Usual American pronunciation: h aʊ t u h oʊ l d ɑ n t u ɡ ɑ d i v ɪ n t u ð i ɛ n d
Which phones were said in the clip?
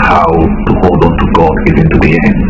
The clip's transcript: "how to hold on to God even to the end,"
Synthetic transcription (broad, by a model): h aʊ t u h oʊ l d ɑ n t u ɡ ɑ d i v ɪ n t u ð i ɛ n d